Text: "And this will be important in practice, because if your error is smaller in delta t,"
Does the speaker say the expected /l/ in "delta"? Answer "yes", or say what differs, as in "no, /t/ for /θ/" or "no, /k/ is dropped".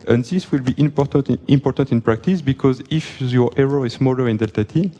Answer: yes